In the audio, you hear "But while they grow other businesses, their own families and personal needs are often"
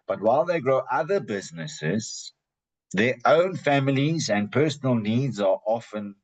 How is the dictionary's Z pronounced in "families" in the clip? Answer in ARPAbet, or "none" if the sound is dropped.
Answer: Z